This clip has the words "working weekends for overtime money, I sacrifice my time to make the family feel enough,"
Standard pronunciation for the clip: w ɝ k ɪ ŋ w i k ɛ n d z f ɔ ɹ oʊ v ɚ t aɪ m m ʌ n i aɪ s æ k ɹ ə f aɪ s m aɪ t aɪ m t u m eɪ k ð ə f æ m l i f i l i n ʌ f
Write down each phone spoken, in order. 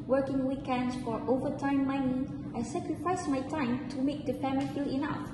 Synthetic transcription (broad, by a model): w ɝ k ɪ ŋ w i k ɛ n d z f ɔ ɹ oʊ v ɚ t aɪ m m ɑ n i aɪ s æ k ɹ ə f aɪ s m aɪ t aɪ m t u m eɪ k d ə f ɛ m i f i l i n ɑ f